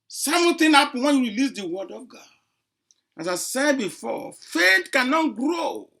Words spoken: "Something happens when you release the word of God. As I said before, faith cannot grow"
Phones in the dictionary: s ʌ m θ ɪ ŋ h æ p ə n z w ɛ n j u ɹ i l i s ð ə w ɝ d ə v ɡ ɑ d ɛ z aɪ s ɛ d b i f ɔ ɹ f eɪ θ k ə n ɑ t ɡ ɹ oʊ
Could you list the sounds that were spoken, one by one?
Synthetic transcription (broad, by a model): s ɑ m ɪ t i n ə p w ɛ n j u ɹ i l i s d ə w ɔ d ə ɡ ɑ ɑ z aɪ s ɛ d b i f ɔ f eɪ t k ə n ɑ t ɡ ɹ oʊ